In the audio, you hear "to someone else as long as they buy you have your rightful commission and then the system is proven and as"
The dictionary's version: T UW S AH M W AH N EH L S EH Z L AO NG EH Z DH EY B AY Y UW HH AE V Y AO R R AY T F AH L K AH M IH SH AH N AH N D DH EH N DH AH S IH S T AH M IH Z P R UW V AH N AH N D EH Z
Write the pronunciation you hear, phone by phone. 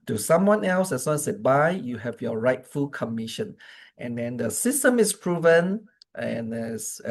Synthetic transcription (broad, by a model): T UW S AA M W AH N EH L S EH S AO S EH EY B AY Y UW HH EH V Y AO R R AY T F AH L K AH M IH SH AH N AH N D EH N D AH S IH S T AH M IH S P R UW V AH N AH N D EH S